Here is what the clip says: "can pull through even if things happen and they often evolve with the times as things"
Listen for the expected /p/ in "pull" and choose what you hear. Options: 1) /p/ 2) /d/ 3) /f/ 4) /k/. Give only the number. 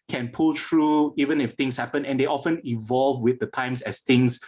1